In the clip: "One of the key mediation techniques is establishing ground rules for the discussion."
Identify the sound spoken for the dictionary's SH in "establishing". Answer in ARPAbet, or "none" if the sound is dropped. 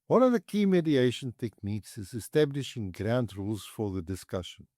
SH